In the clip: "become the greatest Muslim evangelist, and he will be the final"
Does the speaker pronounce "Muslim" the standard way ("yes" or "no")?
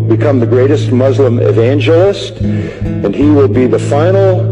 yes